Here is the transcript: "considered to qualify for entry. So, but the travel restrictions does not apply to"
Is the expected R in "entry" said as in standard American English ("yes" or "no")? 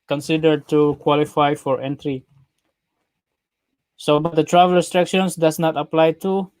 yes